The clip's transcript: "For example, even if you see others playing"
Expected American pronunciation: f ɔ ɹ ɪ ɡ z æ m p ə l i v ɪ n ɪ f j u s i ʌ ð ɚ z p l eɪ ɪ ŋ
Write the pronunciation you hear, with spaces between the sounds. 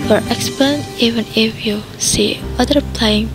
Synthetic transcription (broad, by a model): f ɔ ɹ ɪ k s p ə n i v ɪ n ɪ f j u s i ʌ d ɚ p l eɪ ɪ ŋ